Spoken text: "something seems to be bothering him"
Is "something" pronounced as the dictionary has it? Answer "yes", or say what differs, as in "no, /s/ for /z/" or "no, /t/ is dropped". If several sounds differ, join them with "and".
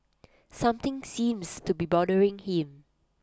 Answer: no, /t/ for /θ/